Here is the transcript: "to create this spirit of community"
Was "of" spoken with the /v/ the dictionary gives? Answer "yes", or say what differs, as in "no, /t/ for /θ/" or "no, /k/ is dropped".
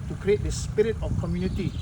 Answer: no, /f/ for /v/